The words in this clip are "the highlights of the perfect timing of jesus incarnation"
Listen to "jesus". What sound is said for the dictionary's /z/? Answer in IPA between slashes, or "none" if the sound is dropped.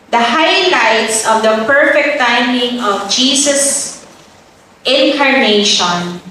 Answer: /s/